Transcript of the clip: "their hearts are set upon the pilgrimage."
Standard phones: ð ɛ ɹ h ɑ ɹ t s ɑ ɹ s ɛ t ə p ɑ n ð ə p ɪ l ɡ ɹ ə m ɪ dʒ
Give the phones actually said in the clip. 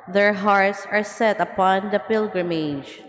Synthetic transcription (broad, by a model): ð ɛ ɹ h ɑ ɹ t s ɑ ɹ s ɛ t ə p ɑ n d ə p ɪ l ɡ ɹ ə m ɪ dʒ